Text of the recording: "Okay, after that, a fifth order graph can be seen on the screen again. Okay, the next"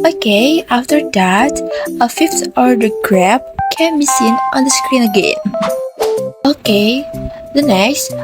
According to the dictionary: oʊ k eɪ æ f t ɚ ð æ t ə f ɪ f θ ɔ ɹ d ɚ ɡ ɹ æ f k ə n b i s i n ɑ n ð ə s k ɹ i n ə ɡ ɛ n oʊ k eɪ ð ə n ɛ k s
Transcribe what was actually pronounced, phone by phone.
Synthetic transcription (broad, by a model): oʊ k eɪ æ f t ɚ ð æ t ə f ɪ f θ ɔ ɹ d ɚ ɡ ɹ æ p k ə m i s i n ɑ n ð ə s k ɹ i n ə ɡ ɛ n oʊ k eɪ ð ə n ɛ k s